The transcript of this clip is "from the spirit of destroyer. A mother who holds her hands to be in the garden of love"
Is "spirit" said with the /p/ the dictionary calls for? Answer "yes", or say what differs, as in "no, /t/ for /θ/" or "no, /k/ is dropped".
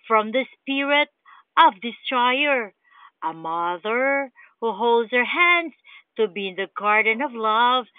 yes